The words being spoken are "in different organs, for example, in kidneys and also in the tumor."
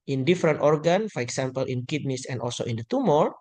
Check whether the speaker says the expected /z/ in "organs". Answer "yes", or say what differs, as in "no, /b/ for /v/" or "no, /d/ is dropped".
no, /z/ is dropped